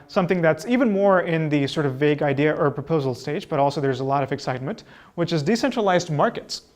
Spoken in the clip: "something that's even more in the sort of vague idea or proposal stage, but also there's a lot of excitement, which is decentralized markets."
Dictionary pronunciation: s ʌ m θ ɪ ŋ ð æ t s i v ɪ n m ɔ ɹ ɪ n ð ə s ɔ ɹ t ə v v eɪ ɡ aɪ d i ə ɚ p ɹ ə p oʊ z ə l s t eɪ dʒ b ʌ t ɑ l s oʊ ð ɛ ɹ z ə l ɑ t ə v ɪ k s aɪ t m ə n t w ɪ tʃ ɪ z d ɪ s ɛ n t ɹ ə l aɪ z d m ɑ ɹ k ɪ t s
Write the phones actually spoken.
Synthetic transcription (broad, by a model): s ʌ m θ ɪ ŋ ð æ t s i v ɪ n m ɔ ɹ ɪ n ð ə s ɔ ɹ t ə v v eɪ ɡ aɪ d i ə ɚ p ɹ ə p oʊ z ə l s t eɪ dʒ b ʌ t ɑ l s oʊ ð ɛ ɹ z ə l ɑ t ə v ɪ k s aɪ t m ə n t w ɪ tʃ ɪ z d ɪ s ɛ n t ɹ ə l aɪ z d m ɑ ɹ k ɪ t s